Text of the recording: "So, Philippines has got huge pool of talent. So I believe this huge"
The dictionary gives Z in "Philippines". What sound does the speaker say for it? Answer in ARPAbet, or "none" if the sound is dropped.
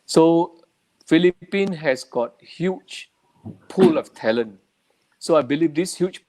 none